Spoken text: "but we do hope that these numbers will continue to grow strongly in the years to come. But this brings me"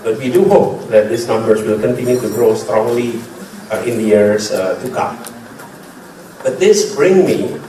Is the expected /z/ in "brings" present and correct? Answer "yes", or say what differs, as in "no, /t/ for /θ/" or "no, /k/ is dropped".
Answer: no, /z/ is dropped